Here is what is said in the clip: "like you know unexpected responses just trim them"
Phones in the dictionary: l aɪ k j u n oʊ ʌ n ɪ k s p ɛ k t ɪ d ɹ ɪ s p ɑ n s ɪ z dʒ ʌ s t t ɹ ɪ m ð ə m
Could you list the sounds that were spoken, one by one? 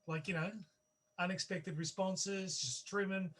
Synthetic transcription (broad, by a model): l aɪ k j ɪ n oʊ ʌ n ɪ k s p ɛ k t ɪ d ɹ ɪ s p ɑ n s ɪ z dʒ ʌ s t t ɹ ɪ m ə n